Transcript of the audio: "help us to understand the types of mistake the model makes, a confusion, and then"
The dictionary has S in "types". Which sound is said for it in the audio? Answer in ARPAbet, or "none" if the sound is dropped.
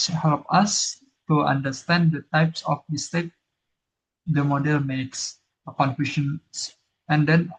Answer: S